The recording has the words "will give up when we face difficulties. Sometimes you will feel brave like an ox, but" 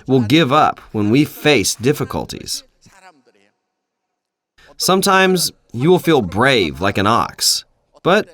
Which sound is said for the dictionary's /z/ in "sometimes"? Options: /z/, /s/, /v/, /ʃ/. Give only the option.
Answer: /z/